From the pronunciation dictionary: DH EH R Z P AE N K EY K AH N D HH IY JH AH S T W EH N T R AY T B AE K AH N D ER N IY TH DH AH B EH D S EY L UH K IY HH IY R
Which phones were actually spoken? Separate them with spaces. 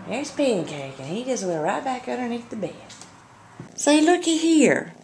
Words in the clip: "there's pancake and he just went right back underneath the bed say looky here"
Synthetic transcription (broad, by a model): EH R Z P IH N K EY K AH N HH IY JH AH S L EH T R AY T B AE K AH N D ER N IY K DH AH B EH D S EY L UH K IY HH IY R